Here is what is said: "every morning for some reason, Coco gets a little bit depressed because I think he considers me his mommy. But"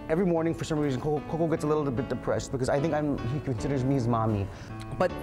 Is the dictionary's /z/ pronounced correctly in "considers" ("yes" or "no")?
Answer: yes